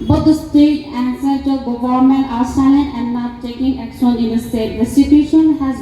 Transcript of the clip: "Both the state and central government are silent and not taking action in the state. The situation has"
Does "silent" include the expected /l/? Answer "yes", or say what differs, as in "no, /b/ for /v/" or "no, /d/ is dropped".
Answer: no, /l/ is dropped